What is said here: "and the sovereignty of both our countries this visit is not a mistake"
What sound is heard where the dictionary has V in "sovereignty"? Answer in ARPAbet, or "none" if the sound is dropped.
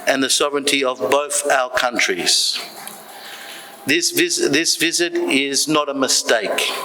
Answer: V